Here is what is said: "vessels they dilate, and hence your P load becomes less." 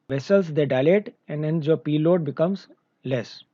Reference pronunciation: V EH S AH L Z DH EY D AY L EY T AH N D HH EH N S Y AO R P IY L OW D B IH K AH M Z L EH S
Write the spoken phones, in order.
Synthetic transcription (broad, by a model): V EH S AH L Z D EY D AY L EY T AH N D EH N Y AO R P IY L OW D B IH K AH M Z L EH S